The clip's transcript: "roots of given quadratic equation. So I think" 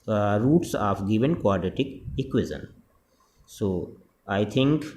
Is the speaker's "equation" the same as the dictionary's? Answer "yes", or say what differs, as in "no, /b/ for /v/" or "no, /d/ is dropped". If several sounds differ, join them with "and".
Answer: no, /z/ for /ʒ/